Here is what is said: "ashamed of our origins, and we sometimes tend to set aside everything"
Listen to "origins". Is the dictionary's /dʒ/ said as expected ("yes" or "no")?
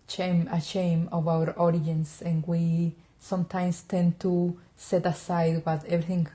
no